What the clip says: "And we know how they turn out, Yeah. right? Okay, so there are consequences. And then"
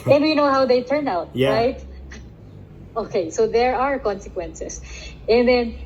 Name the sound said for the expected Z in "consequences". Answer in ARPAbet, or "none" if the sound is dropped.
S